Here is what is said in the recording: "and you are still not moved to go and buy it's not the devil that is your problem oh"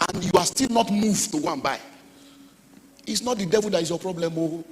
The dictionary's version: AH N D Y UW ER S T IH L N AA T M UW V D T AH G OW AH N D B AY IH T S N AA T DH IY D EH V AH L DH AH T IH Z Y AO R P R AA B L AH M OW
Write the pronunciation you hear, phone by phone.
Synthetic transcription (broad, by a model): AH N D Y UW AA S T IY L N AA T M UW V T AH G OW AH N B AY IH T S N AA T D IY D EH V AH L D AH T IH S Y AO P R AA B L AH M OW